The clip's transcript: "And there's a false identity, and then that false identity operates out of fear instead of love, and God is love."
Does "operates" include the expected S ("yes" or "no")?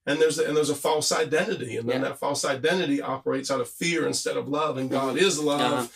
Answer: yes